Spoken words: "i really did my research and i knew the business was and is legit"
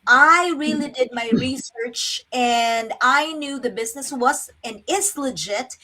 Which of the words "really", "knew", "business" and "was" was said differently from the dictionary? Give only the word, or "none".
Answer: none